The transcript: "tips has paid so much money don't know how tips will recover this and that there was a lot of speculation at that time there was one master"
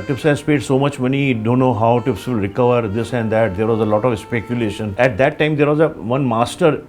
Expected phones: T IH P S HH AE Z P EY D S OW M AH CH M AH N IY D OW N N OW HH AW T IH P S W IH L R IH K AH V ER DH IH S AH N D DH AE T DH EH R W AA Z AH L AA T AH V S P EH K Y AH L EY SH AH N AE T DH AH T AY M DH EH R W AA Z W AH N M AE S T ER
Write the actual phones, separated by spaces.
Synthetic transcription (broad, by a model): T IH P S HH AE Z P EY D S OW M AH CH M AH N IY D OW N N OW HH AW T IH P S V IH L R IH K AH V ER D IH S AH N D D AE T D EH R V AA Z AH L AA T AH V S P EH K Y AH L EY SH AH N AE T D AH T AY M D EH R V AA Z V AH N M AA S T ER